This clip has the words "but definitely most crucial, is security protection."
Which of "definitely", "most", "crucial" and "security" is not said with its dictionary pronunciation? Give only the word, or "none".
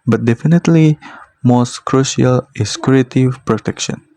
security